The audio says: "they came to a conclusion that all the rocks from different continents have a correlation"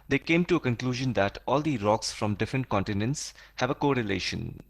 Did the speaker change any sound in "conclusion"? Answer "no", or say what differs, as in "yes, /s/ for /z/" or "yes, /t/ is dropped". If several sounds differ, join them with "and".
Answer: no